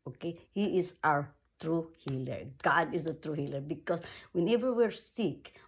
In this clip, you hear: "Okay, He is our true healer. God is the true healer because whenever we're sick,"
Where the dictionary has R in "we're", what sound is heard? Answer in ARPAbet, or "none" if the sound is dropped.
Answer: R